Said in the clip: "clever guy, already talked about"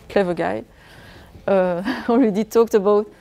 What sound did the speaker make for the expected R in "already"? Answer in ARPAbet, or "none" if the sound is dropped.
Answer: W